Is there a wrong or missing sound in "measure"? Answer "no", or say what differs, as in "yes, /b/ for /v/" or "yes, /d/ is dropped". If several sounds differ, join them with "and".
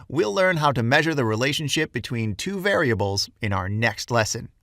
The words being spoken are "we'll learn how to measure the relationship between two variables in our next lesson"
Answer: no